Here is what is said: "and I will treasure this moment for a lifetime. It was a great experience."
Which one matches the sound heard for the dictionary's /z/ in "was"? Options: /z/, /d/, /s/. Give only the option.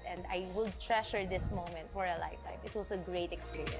/s/